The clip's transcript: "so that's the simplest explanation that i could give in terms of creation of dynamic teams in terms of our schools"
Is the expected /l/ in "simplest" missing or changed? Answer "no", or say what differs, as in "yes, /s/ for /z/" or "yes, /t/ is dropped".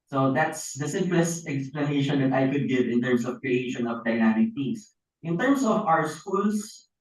no